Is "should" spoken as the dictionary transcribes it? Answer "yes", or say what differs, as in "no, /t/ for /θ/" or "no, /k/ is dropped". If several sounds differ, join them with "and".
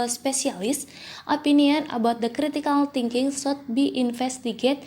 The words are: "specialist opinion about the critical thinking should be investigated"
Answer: no, /s/ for /ʃ/